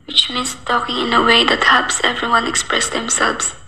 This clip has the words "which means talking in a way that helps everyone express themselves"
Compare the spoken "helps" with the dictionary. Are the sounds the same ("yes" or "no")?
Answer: no